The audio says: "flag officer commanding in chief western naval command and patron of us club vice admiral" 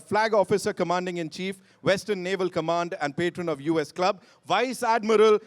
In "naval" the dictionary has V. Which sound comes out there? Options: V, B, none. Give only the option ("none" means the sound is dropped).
V